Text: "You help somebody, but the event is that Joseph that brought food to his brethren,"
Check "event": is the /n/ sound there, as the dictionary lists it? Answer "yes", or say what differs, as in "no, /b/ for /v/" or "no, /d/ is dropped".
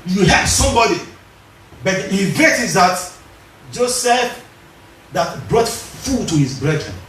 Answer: no, /n/ is dropped